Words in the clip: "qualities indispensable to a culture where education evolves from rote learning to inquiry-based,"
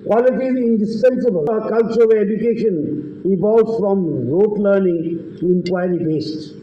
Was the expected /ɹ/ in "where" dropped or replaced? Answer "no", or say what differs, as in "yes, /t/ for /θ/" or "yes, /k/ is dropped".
yes, /l/ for /ɹ/